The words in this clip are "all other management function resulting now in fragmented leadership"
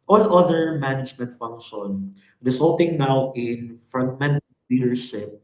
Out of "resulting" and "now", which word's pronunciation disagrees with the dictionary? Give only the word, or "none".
resulting